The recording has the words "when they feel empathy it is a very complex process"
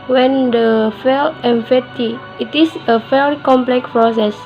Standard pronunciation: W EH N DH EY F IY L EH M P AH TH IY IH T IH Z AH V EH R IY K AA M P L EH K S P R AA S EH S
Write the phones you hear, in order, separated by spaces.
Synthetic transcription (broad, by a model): W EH N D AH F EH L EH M F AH T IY IH T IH S AH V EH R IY K AA M P L EH K S P R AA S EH S